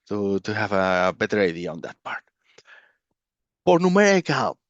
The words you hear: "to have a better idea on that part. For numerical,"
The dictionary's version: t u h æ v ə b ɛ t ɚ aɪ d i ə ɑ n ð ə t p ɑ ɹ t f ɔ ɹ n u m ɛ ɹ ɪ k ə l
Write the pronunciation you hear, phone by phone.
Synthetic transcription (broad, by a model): t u h æ v ə b ɛ t ɚ aɪ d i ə ɑ n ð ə t p ɑ ɹ t p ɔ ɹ n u m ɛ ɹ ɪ k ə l